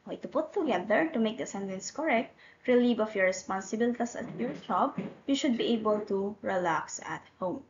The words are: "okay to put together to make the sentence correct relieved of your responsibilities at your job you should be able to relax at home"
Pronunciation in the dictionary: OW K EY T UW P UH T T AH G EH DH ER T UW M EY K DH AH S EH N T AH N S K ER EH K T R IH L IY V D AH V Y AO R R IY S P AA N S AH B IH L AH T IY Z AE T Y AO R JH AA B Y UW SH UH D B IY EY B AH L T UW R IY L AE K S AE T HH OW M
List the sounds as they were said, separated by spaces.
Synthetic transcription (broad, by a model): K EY T UW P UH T T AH G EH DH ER T UW M EY K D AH S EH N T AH N S K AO EH K T R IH L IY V AH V Y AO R R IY S P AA N S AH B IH L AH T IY S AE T Y AO R JH AA B Y UW SH UH D B IY EY B AH L T UW R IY L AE K S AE T HH OW M